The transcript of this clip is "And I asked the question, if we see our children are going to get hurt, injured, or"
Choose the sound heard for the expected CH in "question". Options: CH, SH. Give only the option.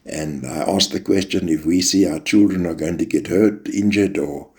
CH